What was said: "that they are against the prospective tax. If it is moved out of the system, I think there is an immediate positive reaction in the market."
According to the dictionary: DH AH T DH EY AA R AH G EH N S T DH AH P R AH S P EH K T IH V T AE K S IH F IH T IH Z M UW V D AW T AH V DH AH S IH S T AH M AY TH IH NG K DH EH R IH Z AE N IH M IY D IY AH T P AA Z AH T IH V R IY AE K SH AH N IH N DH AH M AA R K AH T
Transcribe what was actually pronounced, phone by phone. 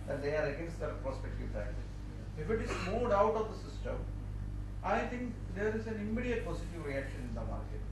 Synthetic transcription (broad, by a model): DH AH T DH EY AA R AH G EH N S T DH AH P R AH S P EH K T IH V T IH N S IH F IH T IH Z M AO D AW T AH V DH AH S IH S T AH M AY T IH NG K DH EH R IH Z AE N IH M IY D IY AH T P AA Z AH T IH V R IY AE K SH AH N IH N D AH M AA R K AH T